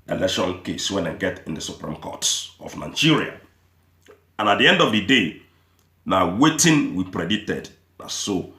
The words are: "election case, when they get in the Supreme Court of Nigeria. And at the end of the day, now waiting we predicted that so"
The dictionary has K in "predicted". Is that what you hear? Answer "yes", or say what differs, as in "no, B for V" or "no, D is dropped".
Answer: no, K is dropped